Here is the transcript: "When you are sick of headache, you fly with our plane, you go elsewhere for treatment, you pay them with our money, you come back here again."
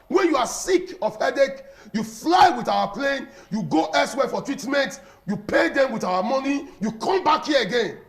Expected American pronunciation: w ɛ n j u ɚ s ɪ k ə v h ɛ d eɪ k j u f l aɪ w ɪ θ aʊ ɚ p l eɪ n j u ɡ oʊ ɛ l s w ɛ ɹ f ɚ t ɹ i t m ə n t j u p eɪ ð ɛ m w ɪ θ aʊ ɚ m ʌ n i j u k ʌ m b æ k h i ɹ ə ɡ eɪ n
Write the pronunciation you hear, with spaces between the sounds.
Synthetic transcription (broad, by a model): w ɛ n j u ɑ s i k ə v h ɛ d eɪ k j u f l aɪ w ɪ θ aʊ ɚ p l eɪ n j u ɡ oʊ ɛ s w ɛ f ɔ t ɹ i t m ə n t j u p eɪ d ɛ m w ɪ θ aʊ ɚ m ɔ n i j u k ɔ m b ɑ k h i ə ɡ eɪ n